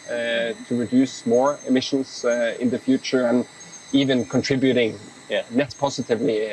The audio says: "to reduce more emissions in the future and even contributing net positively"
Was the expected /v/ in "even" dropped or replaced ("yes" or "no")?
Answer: no